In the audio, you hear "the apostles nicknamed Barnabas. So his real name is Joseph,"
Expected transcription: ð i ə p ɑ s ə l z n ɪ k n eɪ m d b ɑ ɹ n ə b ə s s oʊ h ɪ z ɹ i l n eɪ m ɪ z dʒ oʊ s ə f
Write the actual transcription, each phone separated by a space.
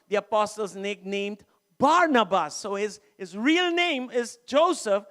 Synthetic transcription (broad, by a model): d i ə p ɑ s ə l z n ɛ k n eɪ m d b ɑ ɹ n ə b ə s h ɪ h ɪ z ɹ i l n eɪ m ɪ z dʒ oʊ s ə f